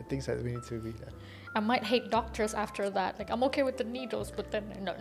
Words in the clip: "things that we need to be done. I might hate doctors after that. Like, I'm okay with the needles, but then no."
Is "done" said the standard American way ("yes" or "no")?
no